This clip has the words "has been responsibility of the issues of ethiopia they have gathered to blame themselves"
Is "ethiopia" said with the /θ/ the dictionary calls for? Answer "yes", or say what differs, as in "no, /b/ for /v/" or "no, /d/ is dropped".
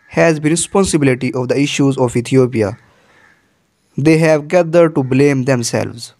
no, /t/ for /θ/